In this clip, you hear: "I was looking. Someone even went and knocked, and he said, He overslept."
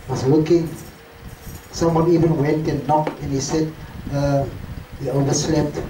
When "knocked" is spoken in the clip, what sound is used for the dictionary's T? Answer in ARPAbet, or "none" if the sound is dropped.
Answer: none